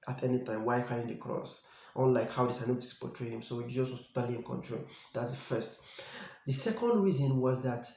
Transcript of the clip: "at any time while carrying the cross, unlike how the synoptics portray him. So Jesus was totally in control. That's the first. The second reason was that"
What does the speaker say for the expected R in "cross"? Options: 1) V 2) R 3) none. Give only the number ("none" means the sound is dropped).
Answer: 2